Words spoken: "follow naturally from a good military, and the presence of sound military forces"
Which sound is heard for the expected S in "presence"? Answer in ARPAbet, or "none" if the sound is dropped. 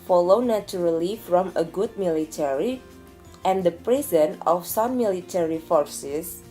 none